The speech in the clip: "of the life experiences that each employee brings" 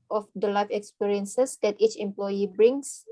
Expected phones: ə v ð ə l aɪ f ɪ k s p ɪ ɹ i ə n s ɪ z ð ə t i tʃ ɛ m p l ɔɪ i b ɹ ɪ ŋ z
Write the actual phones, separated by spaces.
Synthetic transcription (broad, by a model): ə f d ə l aɪ f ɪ k s p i ɹ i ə n s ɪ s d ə t i tʃ ɛ m p l ɔɪ i b ɹ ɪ ŋ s